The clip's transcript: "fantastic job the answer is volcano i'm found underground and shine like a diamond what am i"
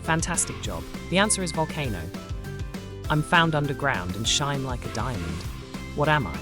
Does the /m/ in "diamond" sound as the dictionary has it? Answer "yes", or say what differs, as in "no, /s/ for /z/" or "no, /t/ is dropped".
yes